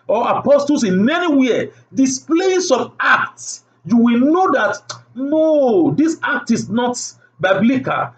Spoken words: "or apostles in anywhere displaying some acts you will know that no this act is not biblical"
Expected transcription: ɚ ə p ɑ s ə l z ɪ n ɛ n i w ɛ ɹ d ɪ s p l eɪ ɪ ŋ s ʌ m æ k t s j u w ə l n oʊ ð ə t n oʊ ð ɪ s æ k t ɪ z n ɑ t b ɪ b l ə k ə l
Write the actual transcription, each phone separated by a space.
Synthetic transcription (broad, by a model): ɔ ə p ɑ s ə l s ɪ n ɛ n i w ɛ d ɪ s p l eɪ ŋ s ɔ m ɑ k t s j u w ə l n oʊ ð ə t n oʊ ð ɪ s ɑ k t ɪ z n ɑ t b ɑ b l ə k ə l